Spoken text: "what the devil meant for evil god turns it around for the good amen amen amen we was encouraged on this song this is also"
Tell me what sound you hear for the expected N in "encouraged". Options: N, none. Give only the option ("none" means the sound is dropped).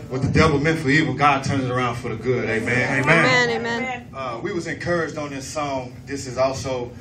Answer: N